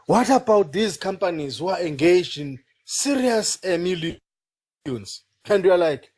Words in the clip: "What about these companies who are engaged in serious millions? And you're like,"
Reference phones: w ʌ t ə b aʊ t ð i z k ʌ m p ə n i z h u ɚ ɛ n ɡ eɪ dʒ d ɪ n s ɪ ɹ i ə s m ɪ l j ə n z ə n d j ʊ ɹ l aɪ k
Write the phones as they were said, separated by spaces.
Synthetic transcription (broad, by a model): w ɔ t ə b aʊ t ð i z k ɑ m p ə n i z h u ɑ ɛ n ɡ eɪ dʒ ɪ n s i ɹ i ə s m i l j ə n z ə n d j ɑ l aɪ k